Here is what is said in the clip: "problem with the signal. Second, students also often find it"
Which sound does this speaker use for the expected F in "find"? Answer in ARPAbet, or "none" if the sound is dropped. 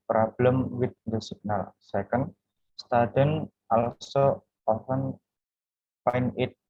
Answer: P